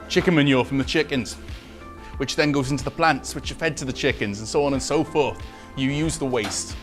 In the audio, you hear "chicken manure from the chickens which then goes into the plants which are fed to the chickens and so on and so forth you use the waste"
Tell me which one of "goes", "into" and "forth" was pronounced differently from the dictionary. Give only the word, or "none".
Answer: none